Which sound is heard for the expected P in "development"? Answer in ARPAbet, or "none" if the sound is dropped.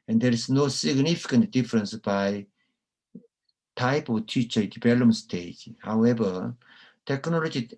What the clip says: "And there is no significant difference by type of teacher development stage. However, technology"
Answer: none